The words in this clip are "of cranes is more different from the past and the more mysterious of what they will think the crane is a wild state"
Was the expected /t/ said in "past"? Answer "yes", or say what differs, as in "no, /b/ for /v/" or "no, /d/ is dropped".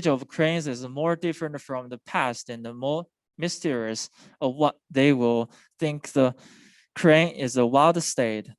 yes